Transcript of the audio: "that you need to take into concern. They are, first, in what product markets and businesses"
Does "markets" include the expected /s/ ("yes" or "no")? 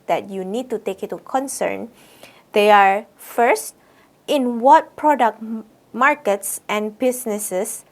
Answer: yes